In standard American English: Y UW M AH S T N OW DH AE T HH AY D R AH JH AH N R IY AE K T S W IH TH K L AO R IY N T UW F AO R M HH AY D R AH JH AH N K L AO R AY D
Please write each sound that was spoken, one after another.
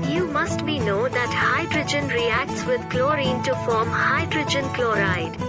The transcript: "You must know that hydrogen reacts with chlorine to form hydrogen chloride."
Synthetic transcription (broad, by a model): Y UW M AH S T N OW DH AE T HH AY D R AH JH AH N R IY AE K T S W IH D K L AO R IY N T UW F AO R M HH AY D R AH JH AH N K L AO R AY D